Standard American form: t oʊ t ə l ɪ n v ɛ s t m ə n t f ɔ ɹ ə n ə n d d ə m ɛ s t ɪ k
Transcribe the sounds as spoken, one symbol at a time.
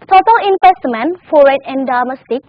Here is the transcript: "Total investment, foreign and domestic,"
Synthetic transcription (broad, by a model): t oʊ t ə l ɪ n p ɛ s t m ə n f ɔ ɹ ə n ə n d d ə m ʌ s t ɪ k